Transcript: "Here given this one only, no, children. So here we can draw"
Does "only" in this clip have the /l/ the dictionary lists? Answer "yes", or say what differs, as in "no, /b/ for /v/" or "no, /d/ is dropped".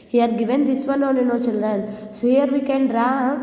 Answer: no, /l/ is dropped